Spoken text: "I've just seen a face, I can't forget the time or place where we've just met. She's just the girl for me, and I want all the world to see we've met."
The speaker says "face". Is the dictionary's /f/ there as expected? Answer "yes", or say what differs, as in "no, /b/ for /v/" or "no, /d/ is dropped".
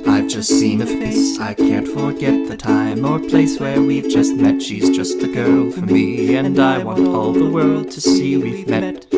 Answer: no, /p/ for /f/